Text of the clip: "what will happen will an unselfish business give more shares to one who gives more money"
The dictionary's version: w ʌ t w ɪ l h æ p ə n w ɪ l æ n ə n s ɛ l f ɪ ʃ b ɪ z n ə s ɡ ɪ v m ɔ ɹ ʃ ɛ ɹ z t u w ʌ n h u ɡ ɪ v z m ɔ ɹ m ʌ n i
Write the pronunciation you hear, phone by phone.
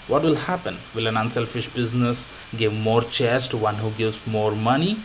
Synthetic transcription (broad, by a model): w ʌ t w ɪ l h æ p ə n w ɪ l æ n ə n s ɛ l f ɪ ʃ b ɪ z n ə s ɡ ɪ v m ɔ ɹ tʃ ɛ ɹ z t u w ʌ n h u ɡ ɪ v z m ɔ ɹ m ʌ n i